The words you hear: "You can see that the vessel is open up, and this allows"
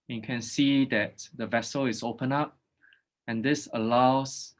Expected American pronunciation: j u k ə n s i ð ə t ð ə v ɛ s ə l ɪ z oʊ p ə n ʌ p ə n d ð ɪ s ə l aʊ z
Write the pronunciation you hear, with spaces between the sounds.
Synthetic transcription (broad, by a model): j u k ə n s i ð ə t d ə v ɛ s ə l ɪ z oʊ p ə n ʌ p ə n d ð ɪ s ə l aʊ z